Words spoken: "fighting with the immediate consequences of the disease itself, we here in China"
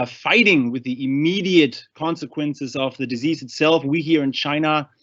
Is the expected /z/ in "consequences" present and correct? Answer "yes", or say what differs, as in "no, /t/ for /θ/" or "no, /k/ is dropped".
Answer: yes